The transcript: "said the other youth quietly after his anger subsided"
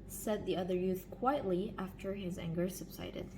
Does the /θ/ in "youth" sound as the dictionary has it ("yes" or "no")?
yes